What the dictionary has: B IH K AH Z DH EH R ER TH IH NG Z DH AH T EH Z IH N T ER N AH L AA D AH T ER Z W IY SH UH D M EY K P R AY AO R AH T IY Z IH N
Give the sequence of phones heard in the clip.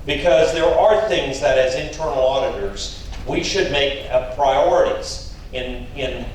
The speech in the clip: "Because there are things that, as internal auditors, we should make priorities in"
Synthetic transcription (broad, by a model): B IH K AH Z DH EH R ER TH IH NG Z DH AH T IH Z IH N T ER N L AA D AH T ER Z W IY SH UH D M EY K P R AY AO R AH T IY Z IH N